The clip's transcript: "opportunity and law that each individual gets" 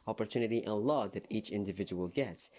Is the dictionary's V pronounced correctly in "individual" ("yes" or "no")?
yes